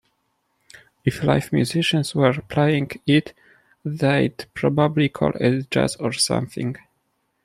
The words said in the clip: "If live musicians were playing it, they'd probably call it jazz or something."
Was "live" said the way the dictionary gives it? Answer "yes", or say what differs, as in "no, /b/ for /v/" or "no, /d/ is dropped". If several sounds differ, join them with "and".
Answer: no, /f/ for /v/